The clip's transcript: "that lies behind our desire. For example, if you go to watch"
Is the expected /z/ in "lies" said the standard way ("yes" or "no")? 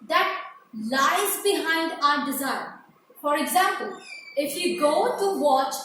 yes